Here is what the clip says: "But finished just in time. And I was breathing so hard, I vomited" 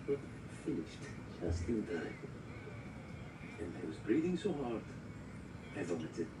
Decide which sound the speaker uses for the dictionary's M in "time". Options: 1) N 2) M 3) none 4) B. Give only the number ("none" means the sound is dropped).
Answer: 3